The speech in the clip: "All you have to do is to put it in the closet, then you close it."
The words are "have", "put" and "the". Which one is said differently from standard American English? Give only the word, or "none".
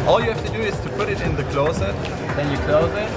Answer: have